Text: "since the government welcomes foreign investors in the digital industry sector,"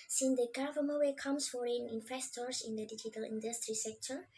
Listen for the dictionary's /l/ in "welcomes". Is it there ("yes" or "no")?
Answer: no